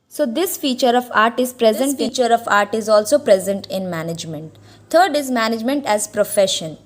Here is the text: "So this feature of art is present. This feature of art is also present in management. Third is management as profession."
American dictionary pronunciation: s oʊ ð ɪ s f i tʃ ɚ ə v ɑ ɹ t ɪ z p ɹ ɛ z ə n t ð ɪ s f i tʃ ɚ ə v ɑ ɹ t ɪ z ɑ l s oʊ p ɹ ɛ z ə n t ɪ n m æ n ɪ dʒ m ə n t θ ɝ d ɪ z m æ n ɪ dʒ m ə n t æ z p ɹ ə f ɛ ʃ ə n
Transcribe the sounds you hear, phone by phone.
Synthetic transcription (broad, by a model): s oʊ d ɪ s f i tʃ ɚ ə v ɑ ɹ t ɪ z p ɹ ɛ z ə n t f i tʃ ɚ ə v ɑ ɹ t ɪ z ɑ l s oʊ p ɹ ɛ z ə n t ɪ n m æ n ɪ dʒ m ə n t t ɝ d ɪ z m æ n ɪ dʒ m ə n t æ z p ɹ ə f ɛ ʃ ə n